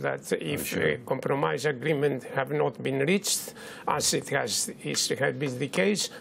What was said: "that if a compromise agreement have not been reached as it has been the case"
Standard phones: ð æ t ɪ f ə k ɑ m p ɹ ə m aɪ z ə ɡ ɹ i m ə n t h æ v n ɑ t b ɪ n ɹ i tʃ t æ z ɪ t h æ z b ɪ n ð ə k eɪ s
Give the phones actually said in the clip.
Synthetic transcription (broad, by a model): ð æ t ɪ f ə k ɑ m p ɹ ə m aɪ z ə ɡ ɹ i m ə n t h æ v n ɑ t b ɪ n ɹ i tʃ t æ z ɪ t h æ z b ɪ n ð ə k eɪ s